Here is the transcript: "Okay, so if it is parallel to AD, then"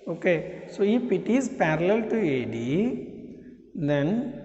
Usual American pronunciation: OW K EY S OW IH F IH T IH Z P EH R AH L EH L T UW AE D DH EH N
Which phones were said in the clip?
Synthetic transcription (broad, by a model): OW K EY S OW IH P IH T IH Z P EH R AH L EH L T UW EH D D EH N